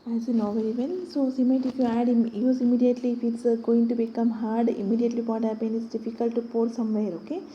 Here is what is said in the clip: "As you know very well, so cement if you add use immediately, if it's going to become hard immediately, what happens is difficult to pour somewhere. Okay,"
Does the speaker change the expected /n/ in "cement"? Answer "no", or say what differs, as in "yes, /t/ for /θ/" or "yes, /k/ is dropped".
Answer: yes, /n/ is dropped